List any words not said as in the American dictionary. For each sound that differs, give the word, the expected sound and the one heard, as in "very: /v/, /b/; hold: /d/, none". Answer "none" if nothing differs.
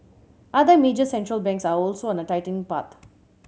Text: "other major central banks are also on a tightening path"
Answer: tightening: /n/, none; path: /θ/, /t/